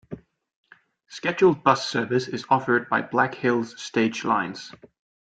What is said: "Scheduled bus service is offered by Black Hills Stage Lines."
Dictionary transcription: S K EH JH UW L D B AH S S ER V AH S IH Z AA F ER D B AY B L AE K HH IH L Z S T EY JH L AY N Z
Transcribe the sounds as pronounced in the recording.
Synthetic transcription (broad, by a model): S K EH JH UW L D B AH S S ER V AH S IH Z AA F ER D B AY B L AE K HH IH L Z S T EY JH L AY N Z